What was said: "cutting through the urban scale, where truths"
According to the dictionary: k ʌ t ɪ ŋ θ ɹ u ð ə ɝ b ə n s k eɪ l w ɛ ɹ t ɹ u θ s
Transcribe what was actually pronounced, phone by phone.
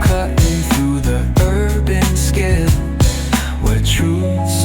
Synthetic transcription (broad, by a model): k ʌ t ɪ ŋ θ ɹ u ð ə ɝ b ə n s k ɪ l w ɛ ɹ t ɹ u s